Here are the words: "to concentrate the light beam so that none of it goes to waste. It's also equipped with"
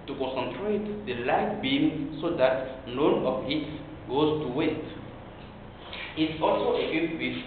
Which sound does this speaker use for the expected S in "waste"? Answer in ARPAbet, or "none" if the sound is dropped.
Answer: none